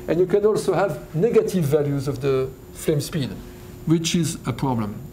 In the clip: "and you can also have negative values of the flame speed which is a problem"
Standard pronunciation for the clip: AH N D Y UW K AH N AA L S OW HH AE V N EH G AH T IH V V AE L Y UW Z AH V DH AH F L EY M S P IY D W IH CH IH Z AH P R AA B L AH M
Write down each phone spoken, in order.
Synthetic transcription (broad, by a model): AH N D Y UW K AH N AA L S OW HH AE V N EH G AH T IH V V AE L Y UW Z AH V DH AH F L EY M S P IY D W IH CH IH Z AH P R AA B L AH M